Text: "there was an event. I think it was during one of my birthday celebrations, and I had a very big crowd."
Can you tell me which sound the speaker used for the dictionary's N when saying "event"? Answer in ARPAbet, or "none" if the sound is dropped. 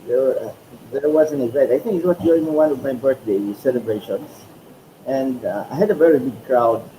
none